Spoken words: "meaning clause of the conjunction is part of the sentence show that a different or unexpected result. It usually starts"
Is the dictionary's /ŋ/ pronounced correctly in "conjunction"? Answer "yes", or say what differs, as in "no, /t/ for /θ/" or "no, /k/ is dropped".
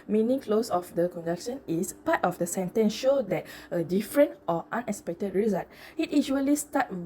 no, /ŋ/ is dropped